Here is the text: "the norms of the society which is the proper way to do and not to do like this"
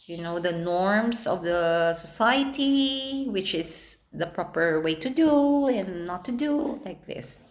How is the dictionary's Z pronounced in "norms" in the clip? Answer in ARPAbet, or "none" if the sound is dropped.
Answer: S